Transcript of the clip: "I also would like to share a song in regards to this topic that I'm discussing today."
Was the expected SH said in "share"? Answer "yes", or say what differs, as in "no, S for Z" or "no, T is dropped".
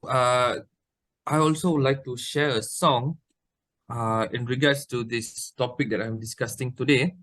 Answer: yes